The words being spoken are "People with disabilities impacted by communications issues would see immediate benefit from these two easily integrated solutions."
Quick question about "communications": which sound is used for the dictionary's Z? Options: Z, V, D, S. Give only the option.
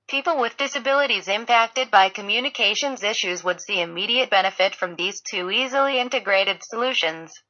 Z